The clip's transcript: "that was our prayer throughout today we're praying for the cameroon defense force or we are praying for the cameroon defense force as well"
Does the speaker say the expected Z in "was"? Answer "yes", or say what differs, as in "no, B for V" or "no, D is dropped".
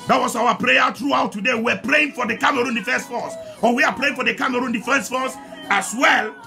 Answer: no, S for Z